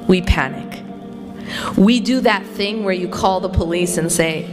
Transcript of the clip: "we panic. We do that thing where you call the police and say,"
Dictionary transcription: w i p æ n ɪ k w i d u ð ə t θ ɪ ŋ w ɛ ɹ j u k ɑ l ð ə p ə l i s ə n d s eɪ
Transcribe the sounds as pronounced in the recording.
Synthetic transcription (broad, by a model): w i p æ n ɪ k w i d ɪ ð ə t θ ɪ ŋ w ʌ ɹ j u k ɑ l ð ə p ə l i s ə n s eɪ